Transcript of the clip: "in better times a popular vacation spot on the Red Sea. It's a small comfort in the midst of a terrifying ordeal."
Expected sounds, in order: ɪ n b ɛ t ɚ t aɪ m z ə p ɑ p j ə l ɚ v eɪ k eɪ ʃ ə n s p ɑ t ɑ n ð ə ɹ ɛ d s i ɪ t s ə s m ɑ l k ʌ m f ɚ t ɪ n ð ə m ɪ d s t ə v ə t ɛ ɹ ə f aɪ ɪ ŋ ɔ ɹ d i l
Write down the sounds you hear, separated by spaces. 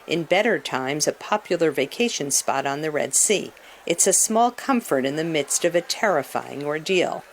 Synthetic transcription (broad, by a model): ɪ n b ɛ t ɚ t aɪ m z ə p ɑ p j l ɚ v eɪ k eɪ ʃ ə n s p ɑ t n ð ə ɹ ɛ d s i ɪ t s ə s m ɑ l k ʌ m f ɚ t ɪ n ð ə m ɪ d s t ə v ə t ɛ ɹ ə f aɪ ɪ ŋ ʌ ɹ d i l